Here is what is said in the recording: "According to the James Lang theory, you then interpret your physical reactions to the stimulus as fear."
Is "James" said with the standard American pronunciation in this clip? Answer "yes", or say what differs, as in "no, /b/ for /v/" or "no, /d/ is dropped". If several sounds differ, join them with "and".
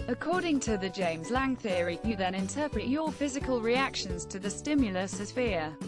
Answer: yes